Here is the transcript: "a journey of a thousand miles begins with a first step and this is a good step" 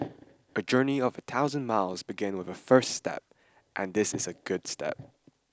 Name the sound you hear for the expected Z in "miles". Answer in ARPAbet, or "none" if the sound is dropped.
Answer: Z